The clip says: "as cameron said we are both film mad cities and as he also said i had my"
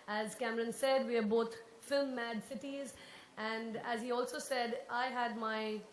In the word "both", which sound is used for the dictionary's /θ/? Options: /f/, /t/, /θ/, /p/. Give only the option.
/t/